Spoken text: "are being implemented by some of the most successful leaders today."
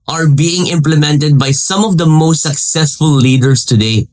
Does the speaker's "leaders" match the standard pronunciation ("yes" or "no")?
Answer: no